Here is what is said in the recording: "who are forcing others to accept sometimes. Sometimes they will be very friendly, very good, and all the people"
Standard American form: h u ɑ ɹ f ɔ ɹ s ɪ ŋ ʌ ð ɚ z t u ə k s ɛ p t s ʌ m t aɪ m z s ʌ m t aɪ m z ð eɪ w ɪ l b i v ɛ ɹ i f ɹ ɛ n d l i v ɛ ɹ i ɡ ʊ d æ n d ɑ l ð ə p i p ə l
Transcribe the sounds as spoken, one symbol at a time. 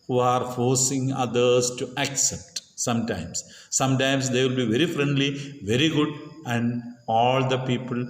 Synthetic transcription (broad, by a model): h u ɑ ɹ f ɔ ɹ s ɪ ŋ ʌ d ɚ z t u ə k s ɛ p t s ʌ m t aɪ m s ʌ m t aɪ m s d eɪ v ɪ l b i v ɛ ɹ i f ɹ ɛ n d l i v ɛ ɹ i ɡ ʊ d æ n d ɑ l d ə p i p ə l